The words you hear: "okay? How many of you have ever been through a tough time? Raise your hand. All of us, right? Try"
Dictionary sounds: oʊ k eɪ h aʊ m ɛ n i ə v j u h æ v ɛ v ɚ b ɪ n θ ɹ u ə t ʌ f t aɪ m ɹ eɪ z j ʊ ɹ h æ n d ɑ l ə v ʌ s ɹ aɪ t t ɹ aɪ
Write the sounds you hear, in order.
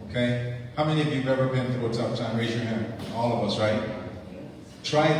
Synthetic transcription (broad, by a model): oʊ k eɪ h aʊ m ɛ n i ə v j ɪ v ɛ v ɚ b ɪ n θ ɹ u ə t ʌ p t aɪ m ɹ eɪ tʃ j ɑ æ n ɑ l ə v ʌ s ɹ aɪ t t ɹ aɪ